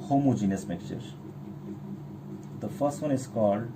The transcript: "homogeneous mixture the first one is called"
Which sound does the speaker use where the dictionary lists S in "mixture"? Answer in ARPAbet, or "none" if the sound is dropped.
none